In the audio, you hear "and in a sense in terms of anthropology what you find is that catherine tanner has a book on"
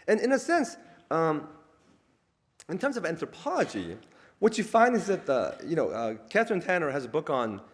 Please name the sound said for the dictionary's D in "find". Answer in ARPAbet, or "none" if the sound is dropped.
D